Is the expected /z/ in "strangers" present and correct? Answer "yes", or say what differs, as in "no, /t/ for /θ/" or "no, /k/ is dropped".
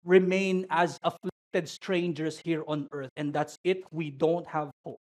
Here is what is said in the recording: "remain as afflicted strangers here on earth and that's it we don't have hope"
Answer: no, /s/ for /z/